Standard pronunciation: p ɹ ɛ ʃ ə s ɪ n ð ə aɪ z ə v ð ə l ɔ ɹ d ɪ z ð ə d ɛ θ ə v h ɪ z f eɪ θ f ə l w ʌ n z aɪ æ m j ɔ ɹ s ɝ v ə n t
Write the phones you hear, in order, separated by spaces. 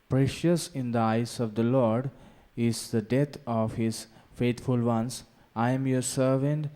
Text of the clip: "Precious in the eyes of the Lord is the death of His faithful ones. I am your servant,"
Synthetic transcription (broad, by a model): p ɹ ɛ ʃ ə s ɪ n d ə aɪ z ə v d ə l ɔ ɹ d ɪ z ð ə d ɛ t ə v h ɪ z f eɪ t f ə l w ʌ n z aɪ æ m j ɔ ɹ s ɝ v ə n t